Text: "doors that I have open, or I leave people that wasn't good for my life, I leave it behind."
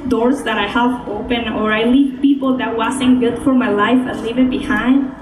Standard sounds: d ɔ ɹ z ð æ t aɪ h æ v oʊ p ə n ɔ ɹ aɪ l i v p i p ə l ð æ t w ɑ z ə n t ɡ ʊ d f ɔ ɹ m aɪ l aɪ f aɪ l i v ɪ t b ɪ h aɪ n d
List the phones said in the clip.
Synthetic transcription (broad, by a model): d ɔ ɹ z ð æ t aɪ h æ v oʊ p ə n ɔ ɹ aɪ l i v p i p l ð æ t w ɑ s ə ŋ ɡ ʊ d f ɔ ɹ m aɪ l aɪ f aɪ l i v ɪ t b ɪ h aɪ n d